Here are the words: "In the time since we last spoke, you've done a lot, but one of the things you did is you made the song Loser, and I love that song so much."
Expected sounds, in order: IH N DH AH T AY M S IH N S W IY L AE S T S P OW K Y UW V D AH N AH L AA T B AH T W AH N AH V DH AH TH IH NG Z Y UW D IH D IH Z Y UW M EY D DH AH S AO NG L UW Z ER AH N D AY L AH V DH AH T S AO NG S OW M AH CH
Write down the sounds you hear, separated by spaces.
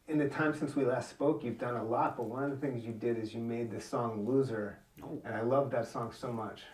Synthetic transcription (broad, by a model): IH N DH AH T AY M S IH N S W IY L AE S T S P OW K Y UW V D AH N AH L AA T B AH T W AH N AH V DH AH TH IH NG Z Y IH D IH D IH Z Y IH M EY D DH AH S AO NG L UW Z ER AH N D AY L AH V DH AH T S AO NG S OW M AH CH